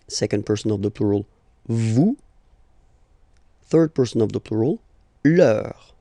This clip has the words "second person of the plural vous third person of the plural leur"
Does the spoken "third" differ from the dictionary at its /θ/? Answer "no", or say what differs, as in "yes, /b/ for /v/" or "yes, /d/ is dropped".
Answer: no